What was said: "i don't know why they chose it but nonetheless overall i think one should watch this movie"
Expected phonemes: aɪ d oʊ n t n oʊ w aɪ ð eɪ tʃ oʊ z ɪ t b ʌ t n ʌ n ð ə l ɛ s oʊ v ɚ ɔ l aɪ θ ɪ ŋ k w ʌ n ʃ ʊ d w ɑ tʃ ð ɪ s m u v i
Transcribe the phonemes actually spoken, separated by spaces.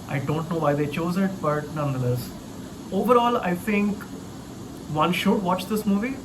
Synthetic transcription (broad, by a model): aɪ d oʊ n t n oʊ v aɪ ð eɪ tʃ oʊ z ɪ t b ʌ t n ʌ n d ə l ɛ s oʊ v ɚ ɔ l aɪ t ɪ ŋ k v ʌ n ʃ ʊ d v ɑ tʃ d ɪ s m u v i